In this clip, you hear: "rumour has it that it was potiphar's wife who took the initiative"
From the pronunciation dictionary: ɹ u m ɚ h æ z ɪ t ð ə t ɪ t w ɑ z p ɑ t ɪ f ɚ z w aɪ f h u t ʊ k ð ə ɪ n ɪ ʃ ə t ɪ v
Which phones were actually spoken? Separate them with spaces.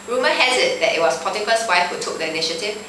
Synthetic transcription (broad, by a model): ɹ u m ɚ h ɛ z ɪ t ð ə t ɪ t w ɑ s p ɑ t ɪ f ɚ s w aɪ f h u t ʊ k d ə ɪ n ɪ ʃ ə t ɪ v